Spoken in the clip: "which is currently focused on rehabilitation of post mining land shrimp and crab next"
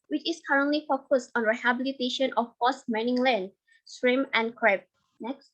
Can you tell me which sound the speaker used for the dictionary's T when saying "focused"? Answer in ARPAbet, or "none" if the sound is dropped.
T